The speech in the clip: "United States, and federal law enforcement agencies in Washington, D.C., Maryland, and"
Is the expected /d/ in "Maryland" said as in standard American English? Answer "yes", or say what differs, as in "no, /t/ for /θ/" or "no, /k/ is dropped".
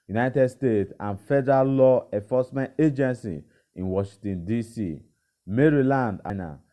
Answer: yes